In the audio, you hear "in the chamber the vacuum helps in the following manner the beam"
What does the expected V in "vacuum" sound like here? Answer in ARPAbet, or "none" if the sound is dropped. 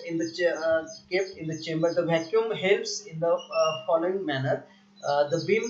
V